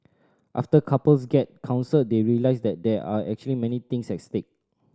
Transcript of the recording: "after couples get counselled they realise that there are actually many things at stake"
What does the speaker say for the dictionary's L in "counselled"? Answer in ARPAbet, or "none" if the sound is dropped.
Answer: none